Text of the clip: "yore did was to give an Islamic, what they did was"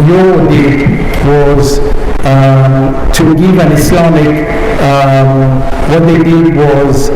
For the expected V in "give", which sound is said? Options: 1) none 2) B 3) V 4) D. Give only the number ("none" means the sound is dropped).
3